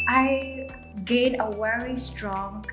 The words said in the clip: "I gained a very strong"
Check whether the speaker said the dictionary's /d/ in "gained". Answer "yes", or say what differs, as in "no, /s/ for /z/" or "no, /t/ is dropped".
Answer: no, /d/ is dropped